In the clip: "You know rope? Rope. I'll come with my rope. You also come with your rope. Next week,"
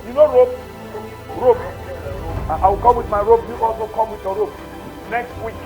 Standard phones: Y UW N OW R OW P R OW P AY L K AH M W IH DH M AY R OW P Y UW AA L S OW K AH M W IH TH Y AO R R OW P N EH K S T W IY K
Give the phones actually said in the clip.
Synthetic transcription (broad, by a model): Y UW N OW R OW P R OW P AY W K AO M W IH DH M AY R OW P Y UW AA L S OW K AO M W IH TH Y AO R R OW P N EH K S T W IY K